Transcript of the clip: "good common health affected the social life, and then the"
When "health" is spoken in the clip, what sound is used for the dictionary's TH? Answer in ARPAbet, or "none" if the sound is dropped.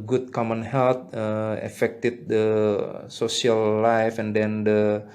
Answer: T